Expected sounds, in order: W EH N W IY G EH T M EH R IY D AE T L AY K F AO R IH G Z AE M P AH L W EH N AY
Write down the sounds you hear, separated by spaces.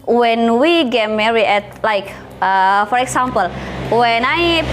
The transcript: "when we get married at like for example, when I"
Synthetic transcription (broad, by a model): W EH N W IY G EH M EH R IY EH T L AY K F AO R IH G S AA M P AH L W EH N AY